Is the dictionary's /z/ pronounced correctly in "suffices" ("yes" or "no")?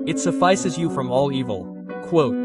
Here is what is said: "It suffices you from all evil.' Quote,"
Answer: yes